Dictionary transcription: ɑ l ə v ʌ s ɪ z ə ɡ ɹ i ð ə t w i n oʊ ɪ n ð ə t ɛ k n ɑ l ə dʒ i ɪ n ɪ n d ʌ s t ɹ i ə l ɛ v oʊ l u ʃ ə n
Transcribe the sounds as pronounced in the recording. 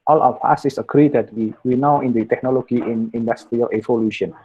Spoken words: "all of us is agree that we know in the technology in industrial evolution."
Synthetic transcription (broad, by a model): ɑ l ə w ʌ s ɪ s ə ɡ ɹ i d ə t w i n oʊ ɪ n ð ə t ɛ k n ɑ l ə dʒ i ɪ n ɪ n d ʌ s t ɹ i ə l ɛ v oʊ l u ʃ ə n